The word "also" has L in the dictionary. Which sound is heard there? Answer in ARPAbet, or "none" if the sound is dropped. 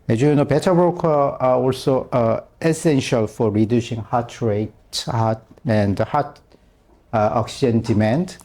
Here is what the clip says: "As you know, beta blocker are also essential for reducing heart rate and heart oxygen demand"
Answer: L